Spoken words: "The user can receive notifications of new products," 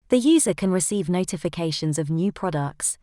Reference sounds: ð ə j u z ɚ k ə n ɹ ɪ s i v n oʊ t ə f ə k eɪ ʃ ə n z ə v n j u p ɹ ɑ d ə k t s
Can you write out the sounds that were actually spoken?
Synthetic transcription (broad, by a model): ð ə j u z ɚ k ə n ɹ ɪ s i v n oʊ t ə f ə k eɪ ʃ ə n z ə v n j u p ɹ ɑ d ə k t s